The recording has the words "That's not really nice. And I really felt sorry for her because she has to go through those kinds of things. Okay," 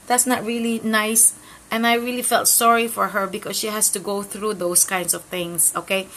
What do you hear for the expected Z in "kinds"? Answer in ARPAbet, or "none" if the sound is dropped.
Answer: S